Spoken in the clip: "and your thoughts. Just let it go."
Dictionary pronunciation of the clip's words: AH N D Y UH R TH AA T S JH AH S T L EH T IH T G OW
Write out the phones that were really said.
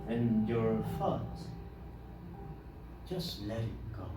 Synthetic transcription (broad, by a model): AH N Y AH R F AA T JH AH S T L EH T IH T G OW